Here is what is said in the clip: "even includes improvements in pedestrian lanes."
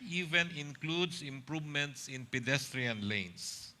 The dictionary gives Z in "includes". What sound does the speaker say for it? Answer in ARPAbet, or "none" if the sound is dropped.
S